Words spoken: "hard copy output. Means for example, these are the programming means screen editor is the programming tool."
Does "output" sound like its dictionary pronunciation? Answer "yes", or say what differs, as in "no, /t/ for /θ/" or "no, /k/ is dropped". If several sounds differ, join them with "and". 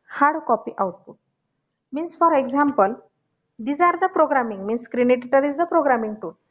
no, /p/ is dropped